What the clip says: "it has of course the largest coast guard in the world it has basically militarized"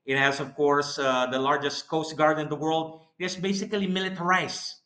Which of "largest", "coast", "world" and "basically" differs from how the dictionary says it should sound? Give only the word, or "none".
none